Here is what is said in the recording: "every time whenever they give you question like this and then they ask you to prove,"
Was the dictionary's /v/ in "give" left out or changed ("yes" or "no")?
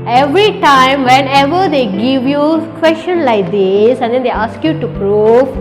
no